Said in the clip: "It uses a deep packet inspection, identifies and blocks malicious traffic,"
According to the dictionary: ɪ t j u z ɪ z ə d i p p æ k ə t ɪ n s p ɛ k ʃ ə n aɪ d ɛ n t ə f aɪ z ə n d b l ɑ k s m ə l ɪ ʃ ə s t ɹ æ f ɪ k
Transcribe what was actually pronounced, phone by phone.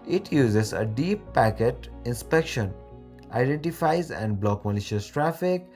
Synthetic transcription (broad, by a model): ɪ t j u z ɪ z ə d i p p æ k ə t ɪ n s p ɛ k ʃ ə n aɪ d ɛ n t ə f aɪ z ə n d b l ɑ k m ə l ɪ ʃ ə s t ɹ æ f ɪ k